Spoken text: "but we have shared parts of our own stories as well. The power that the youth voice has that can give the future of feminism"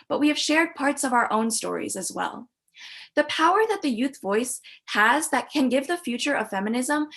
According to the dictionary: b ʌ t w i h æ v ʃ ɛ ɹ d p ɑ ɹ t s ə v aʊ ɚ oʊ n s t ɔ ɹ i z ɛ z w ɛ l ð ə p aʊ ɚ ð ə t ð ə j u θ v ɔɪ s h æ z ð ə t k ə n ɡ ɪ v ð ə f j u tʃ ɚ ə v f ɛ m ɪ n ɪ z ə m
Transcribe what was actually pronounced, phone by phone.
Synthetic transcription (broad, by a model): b ʌ t w i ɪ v ʃ ɛ ɹ d p ɑ ɹ t s ə v aʊ ɚ oʊ n s t ɔ ɹ i z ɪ z w ɛ l ð ə p aʊ ɚ ð ə t ð ə j u θ v ɔɪ s h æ z ð ə t k ə n ɡ ɪ v ð ə f j u tʃ ɚ ə v f ɛ m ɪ n ɪ z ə m